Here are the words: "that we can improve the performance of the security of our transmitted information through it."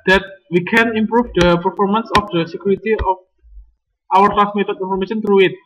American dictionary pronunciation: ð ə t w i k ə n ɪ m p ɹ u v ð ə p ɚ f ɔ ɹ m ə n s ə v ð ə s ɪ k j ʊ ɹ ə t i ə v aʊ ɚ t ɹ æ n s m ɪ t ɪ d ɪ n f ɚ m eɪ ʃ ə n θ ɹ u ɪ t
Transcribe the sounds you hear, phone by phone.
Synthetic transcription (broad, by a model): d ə t w i k ə n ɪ m p ɹ u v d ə p ɚ f ɔ ɹ m ə n s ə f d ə s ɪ k j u ɹ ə t i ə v aʊ ɚ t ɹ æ s m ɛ t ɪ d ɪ n f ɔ m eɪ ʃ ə n t ɹ u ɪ t